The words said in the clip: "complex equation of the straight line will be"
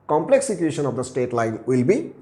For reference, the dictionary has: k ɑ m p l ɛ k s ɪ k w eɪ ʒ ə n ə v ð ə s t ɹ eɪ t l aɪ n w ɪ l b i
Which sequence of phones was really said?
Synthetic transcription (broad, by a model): k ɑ m p l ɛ k s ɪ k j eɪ ʃ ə n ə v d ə s t eɪ t l aɪ n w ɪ l b i